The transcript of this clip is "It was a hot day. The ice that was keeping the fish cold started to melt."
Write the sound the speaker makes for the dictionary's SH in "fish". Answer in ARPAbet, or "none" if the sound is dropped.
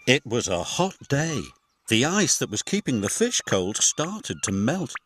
SH